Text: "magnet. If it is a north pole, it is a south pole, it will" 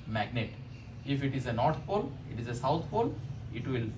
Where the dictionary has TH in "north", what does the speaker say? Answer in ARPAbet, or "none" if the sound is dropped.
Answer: T